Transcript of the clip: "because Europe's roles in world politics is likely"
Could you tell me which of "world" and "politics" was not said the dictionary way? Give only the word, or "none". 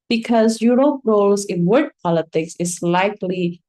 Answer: world